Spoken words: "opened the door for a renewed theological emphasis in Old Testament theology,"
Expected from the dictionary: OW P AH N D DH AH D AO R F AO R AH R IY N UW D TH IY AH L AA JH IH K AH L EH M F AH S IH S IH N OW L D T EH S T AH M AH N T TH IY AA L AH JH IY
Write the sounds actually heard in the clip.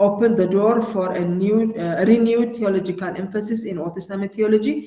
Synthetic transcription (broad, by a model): OW P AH N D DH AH D AO R F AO R AH R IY N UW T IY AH L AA JH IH K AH L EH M F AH S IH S IH N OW D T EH S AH M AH T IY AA L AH JH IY